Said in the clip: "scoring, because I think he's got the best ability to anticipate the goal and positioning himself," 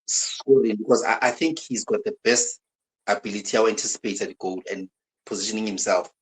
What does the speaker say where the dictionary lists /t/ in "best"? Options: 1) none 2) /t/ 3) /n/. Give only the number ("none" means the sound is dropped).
2